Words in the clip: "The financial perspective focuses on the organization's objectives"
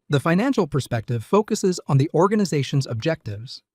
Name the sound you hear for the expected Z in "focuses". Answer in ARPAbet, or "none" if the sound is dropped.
Z